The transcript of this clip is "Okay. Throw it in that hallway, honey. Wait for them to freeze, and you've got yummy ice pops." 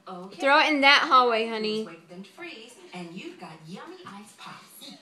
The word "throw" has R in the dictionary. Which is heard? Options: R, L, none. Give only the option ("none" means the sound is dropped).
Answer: R